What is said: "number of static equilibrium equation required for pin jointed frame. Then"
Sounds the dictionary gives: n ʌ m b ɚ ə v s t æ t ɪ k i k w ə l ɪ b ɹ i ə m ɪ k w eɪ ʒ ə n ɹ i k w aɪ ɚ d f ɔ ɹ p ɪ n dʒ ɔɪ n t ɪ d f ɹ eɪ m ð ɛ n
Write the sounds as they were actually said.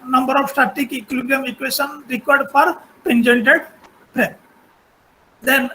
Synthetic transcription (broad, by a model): n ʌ m b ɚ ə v s t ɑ t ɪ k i k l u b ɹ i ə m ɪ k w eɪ ʃ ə n ɹ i k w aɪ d d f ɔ ɹ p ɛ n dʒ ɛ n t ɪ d p ɹ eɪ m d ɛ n